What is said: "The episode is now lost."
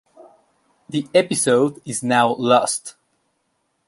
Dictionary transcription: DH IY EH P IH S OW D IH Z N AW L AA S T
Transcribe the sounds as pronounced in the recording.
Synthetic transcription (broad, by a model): DH IY EH P IH S OW D IH Z N AW L AA S T